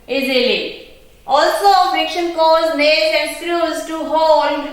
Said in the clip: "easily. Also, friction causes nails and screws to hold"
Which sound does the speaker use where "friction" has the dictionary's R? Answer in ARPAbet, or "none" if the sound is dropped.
none